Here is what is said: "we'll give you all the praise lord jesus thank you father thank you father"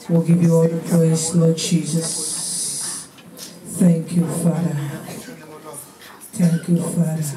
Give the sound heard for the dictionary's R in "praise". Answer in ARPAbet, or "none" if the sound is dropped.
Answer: L